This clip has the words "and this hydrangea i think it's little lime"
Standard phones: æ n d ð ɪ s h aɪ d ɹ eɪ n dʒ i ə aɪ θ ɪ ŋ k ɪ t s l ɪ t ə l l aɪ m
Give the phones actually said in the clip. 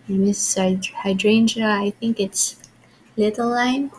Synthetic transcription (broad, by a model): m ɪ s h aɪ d ɹ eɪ n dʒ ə aɪ θ ɪ ŋ k ɪ t s l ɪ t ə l l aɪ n